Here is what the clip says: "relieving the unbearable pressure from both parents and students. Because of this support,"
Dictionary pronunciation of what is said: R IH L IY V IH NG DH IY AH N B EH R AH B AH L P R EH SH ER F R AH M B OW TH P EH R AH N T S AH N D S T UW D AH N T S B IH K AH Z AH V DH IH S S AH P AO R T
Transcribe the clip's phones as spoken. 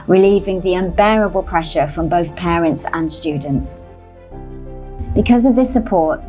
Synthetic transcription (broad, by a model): R IH L IY V IH NG DH IY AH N B EH R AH B AH L P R EH SH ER F R AH M B OW TH P EH R AH N T S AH N S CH UW D N T S B IH K AH Z AH V DH IH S S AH P AO T